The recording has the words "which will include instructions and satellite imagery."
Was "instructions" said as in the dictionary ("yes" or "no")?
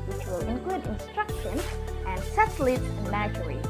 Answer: yes